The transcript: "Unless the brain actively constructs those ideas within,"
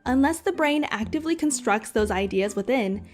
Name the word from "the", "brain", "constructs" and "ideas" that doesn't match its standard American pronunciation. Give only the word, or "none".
none